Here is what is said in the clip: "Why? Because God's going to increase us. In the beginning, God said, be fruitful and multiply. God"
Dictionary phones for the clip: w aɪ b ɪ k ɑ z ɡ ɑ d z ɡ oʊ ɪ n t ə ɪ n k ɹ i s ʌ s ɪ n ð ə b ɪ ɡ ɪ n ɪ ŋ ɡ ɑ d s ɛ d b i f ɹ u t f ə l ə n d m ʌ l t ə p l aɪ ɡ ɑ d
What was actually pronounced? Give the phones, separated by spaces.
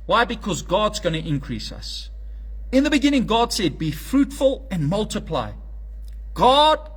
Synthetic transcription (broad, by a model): w aɪ b ɪ k ɑ z ɡ ɑ d z ɡ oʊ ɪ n t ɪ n k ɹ i s ʌ s ɪ n ð ə b ɪ ɡ ɪ n ɪ ŋ ɡ ɑ d s ɛ d b i f ɹ u t f ə l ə n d m ʌ l t ə p l aɪ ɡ ɑ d